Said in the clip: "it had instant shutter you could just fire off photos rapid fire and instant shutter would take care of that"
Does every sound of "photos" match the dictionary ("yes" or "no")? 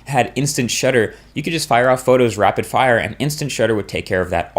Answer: yes